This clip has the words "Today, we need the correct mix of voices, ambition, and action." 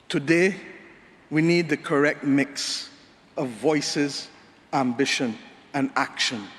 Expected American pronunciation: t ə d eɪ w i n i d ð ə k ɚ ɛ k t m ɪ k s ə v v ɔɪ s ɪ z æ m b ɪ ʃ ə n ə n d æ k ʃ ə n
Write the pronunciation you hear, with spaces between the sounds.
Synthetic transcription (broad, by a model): t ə d eɪ w i n i d ð ə k ɚ ɛ k t m ɪ k s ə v v ɔɪ s ɪ z æ m b ɪ ʃ ə n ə n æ k ʃ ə n